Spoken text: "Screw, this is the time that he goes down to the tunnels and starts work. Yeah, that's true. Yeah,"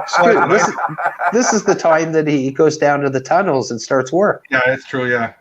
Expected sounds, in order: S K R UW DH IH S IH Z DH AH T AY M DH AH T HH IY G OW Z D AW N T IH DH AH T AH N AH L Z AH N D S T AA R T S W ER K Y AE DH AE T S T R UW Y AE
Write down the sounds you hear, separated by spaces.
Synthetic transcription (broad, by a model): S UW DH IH DH IH S IH Z DH AH T AY M DH AH T HH IY G OW Z D AW N T IH DH AH T AH N L Z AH N S T AA R T S W ER K Y AE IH T S T R UW Y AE